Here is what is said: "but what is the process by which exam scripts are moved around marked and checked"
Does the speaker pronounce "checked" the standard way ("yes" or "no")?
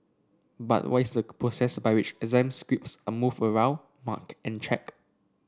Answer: no